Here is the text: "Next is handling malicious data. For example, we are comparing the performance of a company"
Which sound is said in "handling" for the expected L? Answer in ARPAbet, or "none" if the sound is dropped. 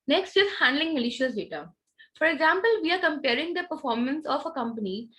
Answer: L